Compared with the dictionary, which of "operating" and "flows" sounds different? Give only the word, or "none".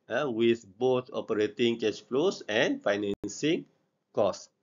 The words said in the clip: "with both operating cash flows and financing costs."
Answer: flows